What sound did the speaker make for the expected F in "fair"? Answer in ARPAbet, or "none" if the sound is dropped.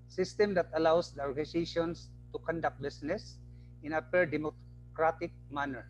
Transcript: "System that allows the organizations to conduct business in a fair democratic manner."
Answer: P